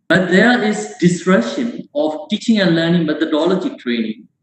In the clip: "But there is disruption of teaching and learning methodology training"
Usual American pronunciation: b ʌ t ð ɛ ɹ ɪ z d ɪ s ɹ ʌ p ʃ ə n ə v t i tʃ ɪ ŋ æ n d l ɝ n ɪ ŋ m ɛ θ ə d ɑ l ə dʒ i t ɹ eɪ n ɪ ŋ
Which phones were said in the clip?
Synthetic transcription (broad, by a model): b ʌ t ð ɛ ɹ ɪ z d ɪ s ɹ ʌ ʃ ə n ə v t i tʃ ɪ ŋ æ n l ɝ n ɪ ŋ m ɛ t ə d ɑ l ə dʒ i t ɹ eɪ n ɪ ŋ